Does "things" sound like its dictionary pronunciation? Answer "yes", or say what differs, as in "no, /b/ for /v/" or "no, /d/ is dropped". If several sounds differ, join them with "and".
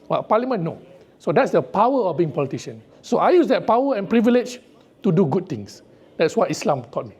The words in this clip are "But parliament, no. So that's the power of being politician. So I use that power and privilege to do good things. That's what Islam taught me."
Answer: no, /t/ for /θ/